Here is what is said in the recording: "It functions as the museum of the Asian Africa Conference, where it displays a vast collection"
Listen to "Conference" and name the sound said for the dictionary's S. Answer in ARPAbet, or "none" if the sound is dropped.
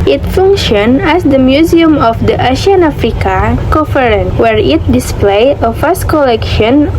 none